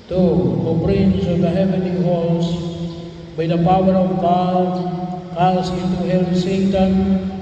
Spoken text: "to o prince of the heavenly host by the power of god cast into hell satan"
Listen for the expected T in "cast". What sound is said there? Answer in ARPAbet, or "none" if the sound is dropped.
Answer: none